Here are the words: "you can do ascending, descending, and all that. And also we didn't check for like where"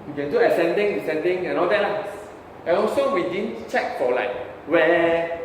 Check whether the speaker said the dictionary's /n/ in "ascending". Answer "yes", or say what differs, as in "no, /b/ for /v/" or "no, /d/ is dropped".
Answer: yes